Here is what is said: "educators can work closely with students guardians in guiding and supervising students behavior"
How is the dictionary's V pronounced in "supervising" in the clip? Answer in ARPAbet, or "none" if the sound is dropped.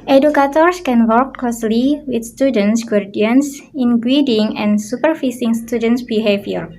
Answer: F